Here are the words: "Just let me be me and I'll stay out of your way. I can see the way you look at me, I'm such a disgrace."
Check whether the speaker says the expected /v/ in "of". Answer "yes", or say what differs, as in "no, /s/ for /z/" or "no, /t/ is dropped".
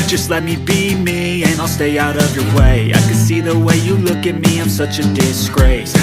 yes